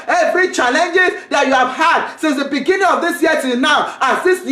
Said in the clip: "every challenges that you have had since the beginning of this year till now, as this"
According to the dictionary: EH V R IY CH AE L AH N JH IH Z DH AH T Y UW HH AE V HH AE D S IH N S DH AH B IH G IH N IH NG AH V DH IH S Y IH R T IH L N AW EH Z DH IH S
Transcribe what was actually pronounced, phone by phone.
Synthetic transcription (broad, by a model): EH V R IY CH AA L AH N JH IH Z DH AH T Y UW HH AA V HH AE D S IH N S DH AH B IH G IH N IH NG AH V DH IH S Y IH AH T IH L N AW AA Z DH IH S